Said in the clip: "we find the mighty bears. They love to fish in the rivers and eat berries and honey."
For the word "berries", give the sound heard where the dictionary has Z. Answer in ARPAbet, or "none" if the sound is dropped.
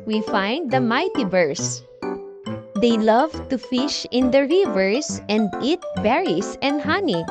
S